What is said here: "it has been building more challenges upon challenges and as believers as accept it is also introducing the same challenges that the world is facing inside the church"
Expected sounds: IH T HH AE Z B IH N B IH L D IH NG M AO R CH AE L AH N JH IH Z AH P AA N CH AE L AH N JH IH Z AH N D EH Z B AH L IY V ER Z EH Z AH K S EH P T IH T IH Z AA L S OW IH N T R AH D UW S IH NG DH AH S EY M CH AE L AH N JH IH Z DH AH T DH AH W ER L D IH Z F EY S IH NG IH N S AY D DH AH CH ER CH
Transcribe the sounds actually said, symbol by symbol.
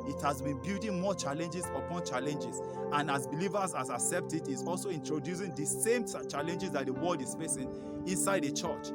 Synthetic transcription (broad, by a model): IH T HH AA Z B IH N B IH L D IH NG M AO CH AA L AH N JH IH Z AH P AA N CH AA L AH N JH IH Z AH N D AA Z B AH L IY V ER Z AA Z AH K S EH P T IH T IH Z AA L S OW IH N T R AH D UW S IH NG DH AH S EY M CH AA L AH N JH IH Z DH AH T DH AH W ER L D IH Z F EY S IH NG IH N S AY D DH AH CH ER CH